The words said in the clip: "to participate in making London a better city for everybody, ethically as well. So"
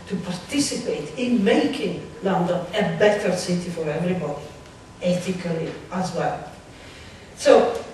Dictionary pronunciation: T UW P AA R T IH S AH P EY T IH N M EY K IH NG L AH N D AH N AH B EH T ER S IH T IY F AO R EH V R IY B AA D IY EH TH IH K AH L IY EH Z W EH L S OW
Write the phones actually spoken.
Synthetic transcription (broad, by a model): T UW P AA R T IH S AH P EY T IH N M EY K IH NG L AH N D AH N AH B EH T ER S IH T IY F AO R EH V R IY B AA D IY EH T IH K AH L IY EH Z W EH L S OW